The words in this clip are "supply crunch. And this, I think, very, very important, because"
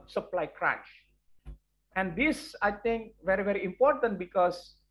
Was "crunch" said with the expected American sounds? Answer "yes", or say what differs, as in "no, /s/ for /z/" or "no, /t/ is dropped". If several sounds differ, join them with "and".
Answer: no, /n/ is dropped